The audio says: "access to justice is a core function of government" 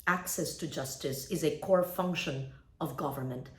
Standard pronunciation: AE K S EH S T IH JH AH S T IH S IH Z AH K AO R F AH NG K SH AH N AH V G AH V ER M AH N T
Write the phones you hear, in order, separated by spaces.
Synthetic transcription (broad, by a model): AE K S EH S T IH JH AH S T IH S IH Z AH K AO R F AH NG K SH AH N AH V G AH V ER M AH N T